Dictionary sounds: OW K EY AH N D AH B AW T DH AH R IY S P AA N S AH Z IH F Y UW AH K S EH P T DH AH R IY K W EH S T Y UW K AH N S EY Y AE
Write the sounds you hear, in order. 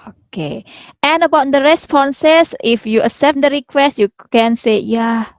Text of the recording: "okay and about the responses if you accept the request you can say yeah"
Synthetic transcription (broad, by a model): OW K EY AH N AH B AW T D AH R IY S P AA N S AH S IH F Y UW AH S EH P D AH R IY K W EH S T Y UW K AH N S EY Y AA